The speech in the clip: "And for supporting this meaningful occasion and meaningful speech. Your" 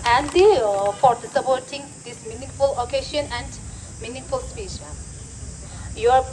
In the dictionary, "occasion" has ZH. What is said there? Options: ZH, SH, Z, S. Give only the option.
SH